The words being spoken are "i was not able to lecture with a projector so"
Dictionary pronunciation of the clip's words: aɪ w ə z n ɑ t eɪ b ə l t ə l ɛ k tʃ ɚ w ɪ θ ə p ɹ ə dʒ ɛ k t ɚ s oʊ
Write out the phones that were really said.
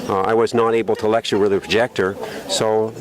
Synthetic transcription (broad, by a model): aɪ w ə z n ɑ t eɪ b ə l t ə l ɛ k tʃ ɚ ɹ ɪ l ə p ɹ ə dʒ ɛ k t ɚ s oʊ